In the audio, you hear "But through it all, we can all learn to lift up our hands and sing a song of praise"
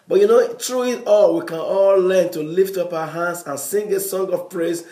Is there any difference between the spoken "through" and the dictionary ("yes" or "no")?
yes